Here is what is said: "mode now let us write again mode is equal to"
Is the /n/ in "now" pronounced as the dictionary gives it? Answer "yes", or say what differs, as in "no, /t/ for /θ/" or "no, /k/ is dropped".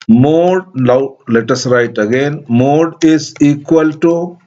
no, /l/ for /n/